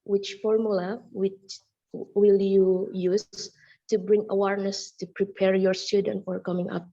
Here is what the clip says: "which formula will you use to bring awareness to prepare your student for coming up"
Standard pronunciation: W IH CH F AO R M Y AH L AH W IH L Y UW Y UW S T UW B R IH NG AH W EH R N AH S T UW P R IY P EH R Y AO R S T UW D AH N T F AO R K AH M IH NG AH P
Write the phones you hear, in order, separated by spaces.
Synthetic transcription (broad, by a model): W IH CH F AO R M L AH W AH W IH L Y UW Y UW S T UW B R IH NG AH W EH R N AH S T UW P R IY P EH R Y AO R S T UW D AH N T F AO R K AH M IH NG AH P